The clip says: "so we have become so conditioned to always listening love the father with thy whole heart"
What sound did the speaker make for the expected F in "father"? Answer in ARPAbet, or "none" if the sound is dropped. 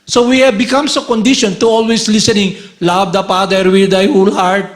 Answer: P